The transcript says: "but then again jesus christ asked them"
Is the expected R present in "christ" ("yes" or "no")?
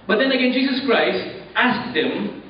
yes